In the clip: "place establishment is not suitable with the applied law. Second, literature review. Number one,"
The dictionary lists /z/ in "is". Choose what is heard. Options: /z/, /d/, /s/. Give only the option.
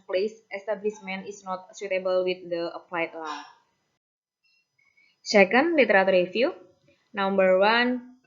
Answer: /s/